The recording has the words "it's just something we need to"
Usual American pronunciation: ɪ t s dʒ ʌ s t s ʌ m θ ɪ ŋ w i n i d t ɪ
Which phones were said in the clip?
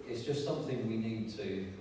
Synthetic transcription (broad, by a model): ɪ t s dʒ ʌ s t s ʌ m θ ɪ ŋ w i n i d t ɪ